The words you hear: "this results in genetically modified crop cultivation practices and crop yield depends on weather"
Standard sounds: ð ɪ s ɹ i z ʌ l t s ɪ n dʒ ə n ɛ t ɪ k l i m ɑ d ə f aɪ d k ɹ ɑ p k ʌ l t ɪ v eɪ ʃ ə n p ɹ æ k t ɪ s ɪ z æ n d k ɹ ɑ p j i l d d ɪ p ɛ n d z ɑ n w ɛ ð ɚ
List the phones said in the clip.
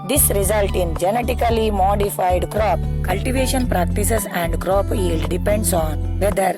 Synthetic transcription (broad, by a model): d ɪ s ɹ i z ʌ l t ɪ n dʒ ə n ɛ t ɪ k l i m ɑ d ə f aɪ d k ɹ ɑ p k ʌ l t ɪ v eɪ ʃ ə n p ɹ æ k t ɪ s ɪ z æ n d k ɹ ɑ p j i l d d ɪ p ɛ n d s ɑ n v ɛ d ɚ